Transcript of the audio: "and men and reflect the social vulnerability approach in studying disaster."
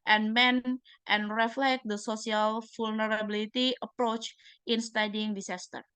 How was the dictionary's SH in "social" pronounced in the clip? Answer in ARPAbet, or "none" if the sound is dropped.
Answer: S